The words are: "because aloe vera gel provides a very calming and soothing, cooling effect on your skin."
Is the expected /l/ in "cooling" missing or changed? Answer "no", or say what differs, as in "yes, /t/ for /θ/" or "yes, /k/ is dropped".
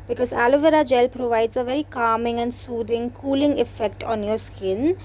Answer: no